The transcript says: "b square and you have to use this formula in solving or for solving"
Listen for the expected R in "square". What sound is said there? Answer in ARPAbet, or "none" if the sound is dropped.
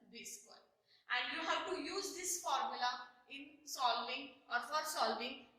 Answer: L